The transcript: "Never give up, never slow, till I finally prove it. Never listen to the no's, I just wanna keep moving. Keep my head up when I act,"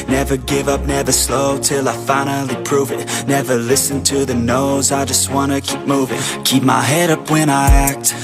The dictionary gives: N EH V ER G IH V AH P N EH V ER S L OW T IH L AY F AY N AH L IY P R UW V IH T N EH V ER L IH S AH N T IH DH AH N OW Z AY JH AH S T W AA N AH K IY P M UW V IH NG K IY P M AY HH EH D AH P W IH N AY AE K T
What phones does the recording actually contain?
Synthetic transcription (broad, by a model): N EH V ER G IH V AH P N EH V ER S L OW T IH L AY F AY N L IY P R UW V IH T N EH V ER L IH S AH N T IH DH AH N OW Z AY JH AH S T W AA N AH K IY P M UW V IH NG K IY P M AY HH EH D AH P W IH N AY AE K T